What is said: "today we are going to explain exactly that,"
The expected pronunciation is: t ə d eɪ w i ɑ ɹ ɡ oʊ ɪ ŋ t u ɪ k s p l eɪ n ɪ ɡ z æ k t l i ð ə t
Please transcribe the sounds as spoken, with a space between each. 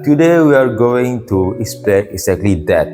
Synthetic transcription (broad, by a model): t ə d eɪ w i ɑ ɹ ɡ oʊ ɪ ŋ t u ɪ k s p eɪ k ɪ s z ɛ k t l i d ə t